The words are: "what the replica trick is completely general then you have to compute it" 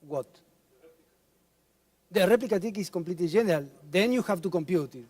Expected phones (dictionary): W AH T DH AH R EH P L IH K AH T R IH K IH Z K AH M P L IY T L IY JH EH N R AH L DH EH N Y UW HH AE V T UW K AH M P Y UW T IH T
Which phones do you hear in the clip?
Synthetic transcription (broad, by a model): W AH T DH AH R EH P L IH K AH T IH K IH S K AH M P L IY T L IY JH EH N R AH L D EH N Y UW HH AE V T UW K AH M P Y UW T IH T